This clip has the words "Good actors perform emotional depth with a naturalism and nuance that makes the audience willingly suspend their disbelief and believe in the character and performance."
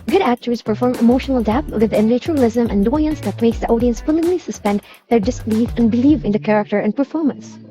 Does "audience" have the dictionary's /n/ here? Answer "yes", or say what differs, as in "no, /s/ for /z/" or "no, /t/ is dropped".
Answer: yes